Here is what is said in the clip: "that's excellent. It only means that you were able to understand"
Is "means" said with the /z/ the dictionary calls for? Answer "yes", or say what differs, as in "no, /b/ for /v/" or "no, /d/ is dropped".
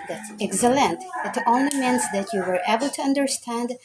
no, /s/ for /z/